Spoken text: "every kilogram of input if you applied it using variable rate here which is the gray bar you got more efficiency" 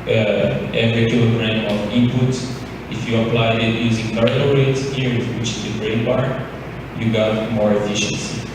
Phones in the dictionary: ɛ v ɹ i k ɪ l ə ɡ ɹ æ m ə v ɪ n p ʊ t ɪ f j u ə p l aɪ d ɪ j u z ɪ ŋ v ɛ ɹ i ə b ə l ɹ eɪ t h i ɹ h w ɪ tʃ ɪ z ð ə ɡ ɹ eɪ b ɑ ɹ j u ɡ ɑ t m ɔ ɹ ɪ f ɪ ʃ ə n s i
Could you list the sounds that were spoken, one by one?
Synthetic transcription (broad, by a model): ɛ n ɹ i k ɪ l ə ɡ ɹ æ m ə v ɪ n p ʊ t ɪ f j u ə p l aɪ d ɪ j u z ɪ ŋ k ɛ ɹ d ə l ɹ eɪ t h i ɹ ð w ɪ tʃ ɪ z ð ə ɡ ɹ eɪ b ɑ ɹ j u ɡ ɑ t m ɔ ɹ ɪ f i ʃ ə n s i